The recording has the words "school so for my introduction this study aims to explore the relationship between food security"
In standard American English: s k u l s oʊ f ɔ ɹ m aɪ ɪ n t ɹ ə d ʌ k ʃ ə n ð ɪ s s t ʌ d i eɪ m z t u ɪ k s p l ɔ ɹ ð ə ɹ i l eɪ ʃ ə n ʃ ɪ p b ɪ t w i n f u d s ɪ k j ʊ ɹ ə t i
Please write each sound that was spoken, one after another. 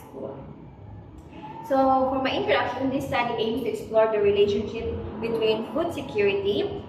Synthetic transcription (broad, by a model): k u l s oʊ f ɔ ɹ m aɪ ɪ n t ə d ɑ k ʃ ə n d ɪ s s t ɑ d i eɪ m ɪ t u ɪ k s p l ɔ ɹ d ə ɹ i l eɪ ʃ ə n ʃ ɪ p b ɪ t w i n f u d s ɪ k j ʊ ɹ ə t i